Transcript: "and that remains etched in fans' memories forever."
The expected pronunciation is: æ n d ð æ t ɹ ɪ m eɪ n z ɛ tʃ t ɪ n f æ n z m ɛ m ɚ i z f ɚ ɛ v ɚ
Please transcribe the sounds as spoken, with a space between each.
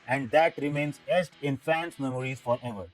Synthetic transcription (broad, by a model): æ n d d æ t ɹ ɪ m eɪ n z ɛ s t ɪ n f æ n s m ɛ m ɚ i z f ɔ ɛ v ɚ